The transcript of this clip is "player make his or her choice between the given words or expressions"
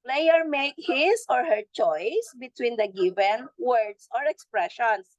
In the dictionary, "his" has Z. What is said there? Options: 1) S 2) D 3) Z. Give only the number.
1